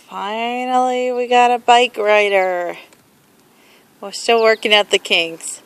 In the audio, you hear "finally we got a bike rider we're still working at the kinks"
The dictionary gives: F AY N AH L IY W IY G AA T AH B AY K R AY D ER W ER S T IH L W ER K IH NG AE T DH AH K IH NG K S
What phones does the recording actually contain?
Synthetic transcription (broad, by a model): F AY N L IY W IY G AA T AH B AY K R AY D ER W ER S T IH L W ER K IH NG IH T DH AH K IH NG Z